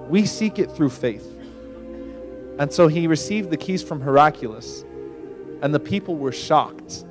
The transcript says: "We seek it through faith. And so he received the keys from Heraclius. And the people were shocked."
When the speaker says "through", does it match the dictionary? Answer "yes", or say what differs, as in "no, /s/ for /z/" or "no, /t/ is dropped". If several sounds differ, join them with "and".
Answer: yes